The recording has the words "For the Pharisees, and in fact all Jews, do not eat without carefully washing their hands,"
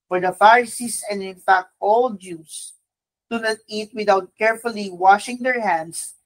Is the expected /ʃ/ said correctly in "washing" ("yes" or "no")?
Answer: yes